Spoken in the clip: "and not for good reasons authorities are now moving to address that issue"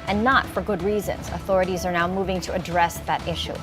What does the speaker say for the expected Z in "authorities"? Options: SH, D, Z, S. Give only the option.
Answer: Z